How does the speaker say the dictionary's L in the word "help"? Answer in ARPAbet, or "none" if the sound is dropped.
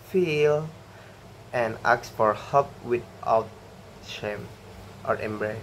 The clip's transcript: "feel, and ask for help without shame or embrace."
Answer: none